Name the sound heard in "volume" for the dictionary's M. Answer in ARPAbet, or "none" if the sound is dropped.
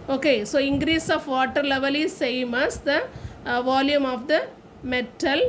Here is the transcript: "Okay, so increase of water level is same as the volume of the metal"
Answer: M